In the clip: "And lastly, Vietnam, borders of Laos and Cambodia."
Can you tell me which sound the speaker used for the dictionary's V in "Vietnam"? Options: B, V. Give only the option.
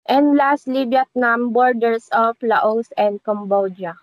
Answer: B